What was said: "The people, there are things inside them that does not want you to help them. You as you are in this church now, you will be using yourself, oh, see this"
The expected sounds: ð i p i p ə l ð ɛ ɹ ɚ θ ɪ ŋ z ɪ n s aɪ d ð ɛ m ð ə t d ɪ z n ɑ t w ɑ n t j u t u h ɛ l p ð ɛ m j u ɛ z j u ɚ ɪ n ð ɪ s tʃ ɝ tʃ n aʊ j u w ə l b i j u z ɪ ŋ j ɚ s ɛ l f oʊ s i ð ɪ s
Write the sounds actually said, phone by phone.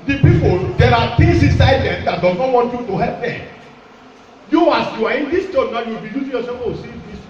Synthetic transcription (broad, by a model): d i p i p ə l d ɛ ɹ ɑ t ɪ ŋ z ɪ n s aɪ d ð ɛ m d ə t d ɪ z n ɑ t w ɑ n t j u t u h ɛ l p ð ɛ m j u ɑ s j u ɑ ɪ n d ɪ s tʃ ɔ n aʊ j u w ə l b i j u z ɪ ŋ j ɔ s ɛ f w oʊ s i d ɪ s